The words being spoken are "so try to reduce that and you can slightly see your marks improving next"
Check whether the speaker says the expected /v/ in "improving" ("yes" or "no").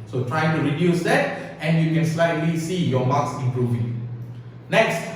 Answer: yes